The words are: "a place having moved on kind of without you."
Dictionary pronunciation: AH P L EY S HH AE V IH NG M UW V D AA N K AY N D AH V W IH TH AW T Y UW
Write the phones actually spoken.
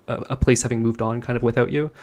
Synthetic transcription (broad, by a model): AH P L EY S HH AE V IH NG M UW V D N K AY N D AH V W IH TH AW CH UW